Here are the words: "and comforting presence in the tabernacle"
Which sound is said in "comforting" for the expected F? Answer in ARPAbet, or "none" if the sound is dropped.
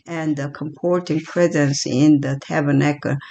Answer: P